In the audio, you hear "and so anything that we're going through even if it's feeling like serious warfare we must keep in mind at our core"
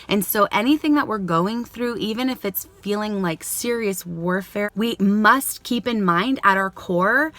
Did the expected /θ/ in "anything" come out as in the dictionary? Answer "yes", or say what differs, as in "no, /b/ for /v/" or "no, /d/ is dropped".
yes